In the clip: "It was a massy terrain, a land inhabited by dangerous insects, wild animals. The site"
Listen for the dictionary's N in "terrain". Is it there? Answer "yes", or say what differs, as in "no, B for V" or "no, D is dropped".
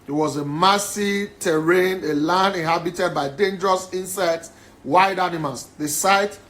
yes